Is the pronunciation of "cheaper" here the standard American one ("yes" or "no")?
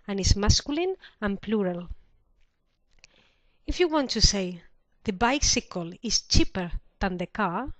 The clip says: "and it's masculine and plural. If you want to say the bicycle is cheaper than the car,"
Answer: yes